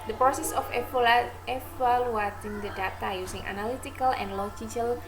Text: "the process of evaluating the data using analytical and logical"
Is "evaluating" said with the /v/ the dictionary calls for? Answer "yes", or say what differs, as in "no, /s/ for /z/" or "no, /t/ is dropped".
no, /f/ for /v/